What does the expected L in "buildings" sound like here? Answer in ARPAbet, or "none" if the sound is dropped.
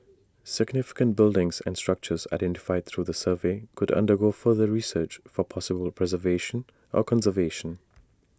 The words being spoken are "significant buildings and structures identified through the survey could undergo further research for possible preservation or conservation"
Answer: L